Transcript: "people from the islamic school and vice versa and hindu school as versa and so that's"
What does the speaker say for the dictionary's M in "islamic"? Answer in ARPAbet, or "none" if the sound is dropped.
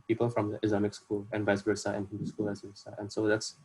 M